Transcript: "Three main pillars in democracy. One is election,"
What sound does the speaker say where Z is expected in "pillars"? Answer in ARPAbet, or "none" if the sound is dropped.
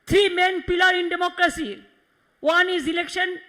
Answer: none